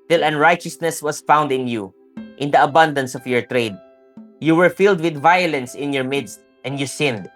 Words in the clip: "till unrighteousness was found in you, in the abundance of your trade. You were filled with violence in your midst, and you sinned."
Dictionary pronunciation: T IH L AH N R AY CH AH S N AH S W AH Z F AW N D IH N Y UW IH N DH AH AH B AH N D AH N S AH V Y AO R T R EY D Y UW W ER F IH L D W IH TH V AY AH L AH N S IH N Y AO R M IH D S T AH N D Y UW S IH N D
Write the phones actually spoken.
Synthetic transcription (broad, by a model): T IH L AH N R AY CH AH S N AH S W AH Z F AW N D IH N Y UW IH N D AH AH B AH N D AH N S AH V Y AO R T R EY D Y UW W ER F IH L D W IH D V AY AH L AH N S IH N Y AO R M IH D S T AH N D Y UW S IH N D